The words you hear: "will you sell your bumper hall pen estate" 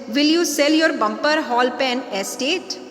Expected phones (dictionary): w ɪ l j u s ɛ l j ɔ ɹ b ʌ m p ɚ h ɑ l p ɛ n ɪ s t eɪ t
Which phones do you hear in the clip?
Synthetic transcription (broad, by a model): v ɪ l j u s ɛ l j ɔ ɹ b ʌ m p ɚ h ɑ l p ɛ n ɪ s t eɪ t